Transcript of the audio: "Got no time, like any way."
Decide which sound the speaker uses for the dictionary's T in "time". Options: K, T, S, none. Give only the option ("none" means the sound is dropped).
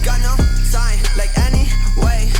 S